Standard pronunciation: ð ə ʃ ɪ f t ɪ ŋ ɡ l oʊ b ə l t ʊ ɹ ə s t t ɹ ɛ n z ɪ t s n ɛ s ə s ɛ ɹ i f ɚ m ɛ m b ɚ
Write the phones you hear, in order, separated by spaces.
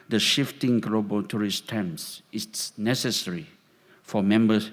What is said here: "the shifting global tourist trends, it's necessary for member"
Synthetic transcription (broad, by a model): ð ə ʃ ɪ f t ɪ ŋ ɡ l oʊ b ə l t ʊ ɹ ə s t t ɛ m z ɪ t s n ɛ s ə s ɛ ɹ i f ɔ m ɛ m b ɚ